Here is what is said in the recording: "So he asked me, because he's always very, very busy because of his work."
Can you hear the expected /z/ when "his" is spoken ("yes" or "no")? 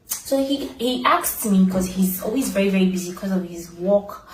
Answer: yes